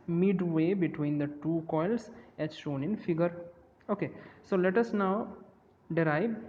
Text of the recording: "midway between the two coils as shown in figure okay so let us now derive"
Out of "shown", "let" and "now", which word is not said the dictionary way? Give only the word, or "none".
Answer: none